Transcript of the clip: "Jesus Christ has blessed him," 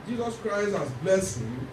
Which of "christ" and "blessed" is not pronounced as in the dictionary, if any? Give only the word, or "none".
blessed